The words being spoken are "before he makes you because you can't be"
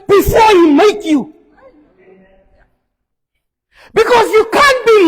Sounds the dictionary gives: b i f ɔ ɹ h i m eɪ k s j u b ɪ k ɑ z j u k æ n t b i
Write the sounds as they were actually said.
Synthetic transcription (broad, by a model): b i f ɔ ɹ h i m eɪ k j u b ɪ k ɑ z j u k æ n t b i